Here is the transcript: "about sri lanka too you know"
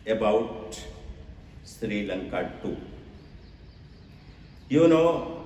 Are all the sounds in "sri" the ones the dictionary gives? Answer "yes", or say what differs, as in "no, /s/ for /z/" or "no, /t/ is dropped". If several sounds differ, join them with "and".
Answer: yes